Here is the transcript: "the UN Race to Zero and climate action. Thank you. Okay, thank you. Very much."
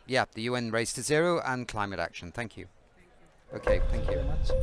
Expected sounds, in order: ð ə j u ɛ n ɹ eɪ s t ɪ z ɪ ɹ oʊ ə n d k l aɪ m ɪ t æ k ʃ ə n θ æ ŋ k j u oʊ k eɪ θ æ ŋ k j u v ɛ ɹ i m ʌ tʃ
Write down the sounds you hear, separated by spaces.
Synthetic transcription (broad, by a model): ð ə j u ɛ n ɹ eɪ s t ɪ z ɪ ɹ oʊ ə n k l aɪ m ɪ t æ k ʃ ə n θ æ ŋ k j u oʊ k eɪ θ æ ŋ k j u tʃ